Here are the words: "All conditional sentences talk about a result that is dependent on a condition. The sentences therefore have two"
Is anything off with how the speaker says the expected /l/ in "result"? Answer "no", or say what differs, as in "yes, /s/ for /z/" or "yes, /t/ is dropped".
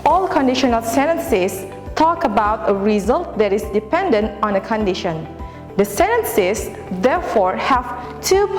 no